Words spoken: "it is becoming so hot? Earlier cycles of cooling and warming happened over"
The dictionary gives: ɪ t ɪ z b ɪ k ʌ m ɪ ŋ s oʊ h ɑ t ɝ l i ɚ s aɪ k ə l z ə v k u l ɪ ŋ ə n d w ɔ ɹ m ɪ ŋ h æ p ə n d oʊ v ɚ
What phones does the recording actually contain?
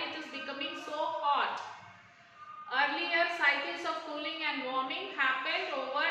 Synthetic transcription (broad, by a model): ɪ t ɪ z b ɪ k ʌ m ɪ ŋ s oʊ h ɑ t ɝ l i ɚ s aɪ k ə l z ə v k u l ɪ ŋ ə n d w ɔ ɹ m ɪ ŋ h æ f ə l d oʊ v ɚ